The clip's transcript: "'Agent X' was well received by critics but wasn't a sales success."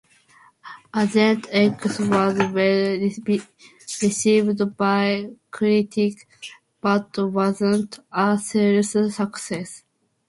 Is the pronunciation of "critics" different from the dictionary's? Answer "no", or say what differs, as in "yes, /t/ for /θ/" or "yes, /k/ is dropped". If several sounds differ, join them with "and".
yes, /s/ is dropped